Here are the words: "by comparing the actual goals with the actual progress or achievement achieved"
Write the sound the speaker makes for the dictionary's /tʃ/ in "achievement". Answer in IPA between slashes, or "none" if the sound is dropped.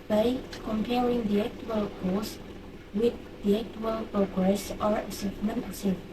/s/